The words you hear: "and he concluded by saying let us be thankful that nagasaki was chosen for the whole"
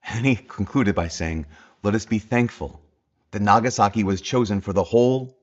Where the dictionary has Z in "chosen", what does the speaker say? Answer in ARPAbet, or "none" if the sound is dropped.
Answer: Z